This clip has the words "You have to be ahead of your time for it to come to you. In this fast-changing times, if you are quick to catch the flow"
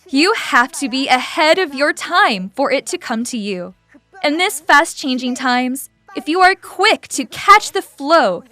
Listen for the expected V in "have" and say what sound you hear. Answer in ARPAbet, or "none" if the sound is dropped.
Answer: F